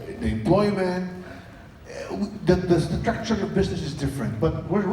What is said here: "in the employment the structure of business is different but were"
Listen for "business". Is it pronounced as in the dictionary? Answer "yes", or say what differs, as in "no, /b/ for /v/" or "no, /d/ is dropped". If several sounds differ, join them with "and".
yes